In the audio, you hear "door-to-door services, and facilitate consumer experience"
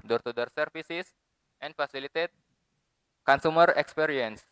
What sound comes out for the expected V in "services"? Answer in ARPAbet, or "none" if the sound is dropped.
F